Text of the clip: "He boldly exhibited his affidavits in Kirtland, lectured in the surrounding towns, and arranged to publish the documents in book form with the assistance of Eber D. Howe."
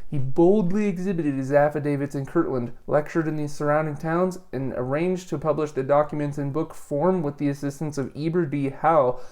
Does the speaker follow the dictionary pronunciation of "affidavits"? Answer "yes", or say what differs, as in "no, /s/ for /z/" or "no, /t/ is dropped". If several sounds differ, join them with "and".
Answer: yes